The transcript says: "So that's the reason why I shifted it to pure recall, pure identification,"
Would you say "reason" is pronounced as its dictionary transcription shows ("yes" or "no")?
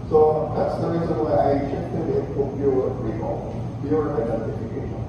yes